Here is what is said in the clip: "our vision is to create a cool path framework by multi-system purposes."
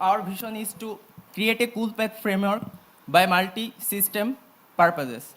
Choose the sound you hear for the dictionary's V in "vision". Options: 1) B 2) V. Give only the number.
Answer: 1